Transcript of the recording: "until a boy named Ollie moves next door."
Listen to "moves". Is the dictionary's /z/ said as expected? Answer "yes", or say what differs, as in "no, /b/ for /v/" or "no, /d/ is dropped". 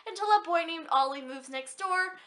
yes